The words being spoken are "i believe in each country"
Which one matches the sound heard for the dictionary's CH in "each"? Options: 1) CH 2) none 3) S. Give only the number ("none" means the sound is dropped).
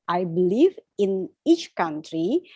1